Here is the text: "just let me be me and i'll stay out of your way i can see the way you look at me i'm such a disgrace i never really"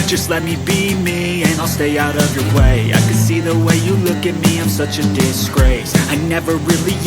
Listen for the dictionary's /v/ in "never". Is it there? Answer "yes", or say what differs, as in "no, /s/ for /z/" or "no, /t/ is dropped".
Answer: yes